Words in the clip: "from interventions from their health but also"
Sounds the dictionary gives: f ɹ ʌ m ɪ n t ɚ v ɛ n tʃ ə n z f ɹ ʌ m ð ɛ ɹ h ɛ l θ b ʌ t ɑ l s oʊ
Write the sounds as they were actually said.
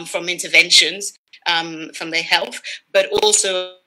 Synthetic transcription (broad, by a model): f ɹ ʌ m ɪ n t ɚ v ɛ n ʃ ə n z f ɹ ʌ m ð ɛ h ɛ l θ b ʌ t ɑ l s oʊ